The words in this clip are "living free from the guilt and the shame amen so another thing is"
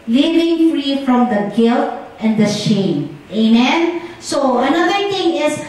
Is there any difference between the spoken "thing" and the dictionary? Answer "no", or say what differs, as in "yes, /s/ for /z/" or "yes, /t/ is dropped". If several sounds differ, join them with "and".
yes, /t/ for /θ/